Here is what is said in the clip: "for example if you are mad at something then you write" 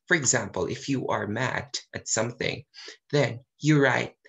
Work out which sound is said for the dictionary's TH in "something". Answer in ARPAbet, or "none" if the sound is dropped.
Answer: TH